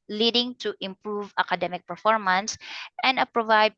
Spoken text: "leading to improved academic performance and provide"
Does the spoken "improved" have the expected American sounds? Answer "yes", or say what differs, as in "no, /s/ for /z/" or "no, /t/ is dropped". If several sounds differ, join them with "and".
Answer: no, /d/ is dropped